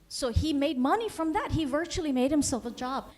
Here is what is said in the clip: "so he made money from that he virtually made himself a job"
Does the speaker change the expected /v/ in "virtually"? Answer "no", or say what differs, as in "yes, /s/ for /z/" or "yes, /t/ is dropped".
no